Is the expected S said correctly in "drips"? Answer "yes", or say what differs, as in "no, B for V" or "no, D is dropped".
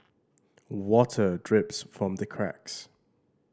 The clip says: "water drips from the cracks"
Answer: yes